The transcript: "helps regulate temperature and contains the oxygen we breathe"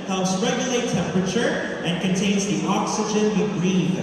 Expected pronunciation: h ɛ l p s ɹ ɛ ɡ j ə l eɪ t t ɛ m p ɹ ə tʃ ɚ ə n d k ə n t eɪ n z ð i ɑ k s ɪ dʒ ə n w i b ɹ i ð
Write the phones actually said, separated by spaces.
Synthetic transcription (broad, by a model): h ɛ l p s ɹ ɛ ɡ j ə l eɪ t t ɛ m p ɹ ə tʃ ɚ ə n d k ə n t eɪ n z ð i ɑ k s ɪ dʒ ə n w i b ɹ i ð